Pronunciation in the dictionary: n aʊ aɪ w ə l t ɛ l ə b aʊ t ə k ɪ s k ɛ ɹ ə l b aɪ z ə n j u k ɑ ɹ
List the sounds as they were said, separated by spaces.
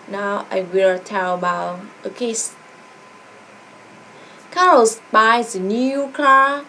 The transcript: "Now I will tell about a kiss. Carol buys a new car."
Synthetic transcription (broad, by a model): n aʊ aɪ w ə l t ɛ l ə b aʊ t ə k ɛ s k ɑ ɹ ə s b aɪ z ə n j u k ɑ